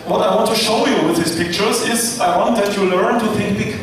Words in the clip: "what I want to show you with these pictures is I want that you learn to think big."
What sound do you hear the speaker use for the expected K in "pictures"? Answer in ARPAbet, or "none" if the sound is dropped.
K